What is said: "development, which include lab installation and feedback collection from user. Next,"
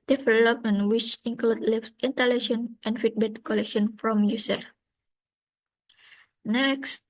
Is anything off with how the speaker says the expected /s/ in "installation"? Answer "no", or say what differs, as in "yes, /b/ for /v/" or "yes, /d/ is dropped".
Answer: yes, /s/ is dropped